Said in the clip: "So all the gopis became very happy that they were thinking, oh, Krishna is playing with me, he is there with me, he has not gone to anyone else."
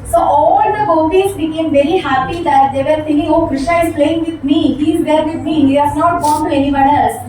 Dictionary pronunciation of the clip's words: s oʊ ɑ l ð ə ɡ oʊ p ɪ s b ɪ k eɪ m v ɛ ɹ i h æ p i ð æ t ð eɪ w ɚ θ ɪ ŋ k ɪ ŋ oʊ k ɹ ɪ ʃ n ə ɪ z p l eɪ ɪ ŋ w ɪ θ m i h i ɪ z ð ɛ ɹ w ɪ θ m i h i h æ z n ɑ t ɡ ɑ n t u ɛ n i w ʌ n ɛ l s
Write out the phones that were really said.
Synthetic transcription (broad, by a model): s oʊ ɑ l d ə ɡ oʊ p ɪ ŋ b ɪ k eɪ m v ɛ ɹ i h æ p i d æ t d eɪ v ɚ f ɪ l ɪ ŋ oʊ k ɹ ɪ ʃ ə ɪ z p l eɪ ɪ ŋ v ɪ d m i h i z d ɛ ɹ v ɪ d m i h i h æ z n ɑ t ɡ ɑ n t u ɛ n i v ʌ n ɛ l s